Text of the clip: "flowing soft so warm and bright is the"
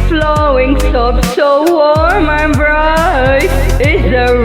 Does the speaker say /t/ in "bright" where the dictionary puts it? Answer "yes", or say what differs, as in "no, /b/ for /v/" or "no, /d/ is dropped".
no, /t/ is dropped